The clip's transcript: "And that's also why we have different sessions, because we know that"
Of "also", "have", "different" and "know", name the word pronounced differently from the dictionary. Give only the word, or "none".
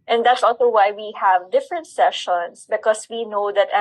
none